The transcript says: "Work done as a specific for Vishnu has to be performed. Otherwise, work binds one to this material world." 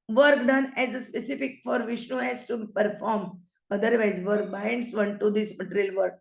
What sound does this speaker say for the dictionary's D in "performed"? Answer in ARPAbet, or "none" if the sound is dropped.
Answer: none